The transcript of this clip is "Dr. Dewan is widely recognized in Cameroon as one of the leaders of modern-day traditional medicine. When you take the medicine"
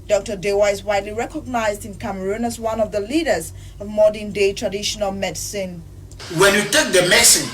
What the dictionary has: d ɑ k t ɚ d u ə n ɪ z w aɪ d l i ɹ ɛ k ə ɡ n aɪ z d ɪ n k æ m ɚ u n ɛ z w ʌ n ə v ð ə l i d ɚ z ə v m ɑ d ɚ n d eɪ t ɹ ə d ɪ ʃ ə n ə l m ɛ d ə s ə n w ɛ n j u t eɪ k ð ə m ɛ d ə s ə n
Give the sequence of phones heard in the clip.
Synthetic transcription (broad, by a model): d ɑ k t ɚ d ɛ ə ɪ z w aɪ d l i ɹ ɛ k ə ɡ n aɪ z d ɪ n k æ m ɚ u n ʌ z w ʌ n ə v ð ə l i d ɚ z ə v m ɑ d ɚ n d eɪ t ɹ ə d ɪ ʃ ə n ə l m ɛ d s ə n w ɛ n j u t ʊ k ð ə m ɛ s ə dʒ